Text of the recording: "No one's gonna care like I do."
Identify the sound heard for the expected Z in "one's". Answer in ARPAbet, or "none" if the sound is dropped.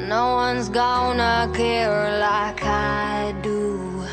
Z